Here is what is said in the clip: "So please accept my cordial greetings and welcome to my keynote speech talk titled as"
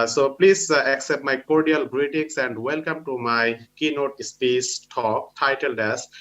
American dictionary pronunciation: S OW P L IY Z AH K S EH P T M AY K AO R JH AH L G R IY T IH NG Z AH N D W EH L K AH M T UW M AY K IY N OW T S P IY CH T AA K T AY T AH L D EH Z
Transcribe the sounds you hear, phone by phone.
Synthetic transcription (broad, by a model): S OW P L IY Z AH K S EH P T M AY K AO R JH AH L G R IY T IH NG S AH N D W EH L K AH M T UW M AY K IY N OW T S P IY S T AA K T AY T AH L D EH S